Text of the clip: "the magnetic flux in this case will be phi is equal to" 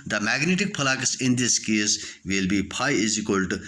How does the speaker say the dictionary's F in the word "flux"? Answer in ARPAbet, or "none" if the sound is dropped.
P